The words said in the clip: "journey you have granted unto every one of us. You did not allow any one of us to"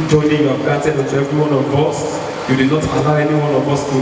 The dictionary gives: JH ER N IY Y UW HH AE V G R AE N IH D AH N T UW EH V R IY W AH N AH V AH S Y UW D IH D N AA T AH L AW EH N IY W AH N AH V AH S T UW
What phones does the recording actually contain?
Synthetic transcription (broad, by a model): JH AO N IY Y UW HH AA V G AA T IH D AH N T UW EH V R IY W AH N AH V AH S Y UW D IH D N AA T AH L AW EH N IY W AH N AH V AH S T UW